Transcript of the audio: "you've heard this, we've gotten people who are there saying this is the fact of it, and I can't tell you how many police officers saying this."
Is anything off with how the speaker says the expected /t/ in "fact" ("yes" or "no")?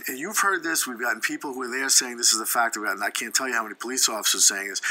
no